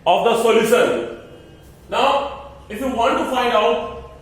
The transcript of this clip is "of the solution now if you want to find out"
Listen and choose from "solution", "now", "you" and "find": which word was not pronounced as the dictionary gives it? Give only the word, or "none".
solution